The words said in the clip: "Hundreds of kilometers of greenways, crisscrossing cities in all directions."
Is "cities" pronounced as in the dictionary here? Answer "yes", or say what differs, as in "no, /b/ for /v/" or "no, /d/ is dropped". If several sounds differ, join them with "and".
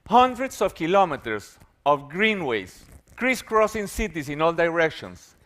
no, /s/ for /z/